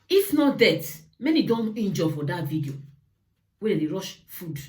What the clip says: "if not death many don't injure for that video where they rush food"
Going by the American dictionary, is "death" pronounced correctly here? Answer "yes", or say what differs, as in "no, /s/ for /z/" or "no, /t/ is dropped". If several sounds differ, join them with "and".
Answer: no, /t/ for /θ/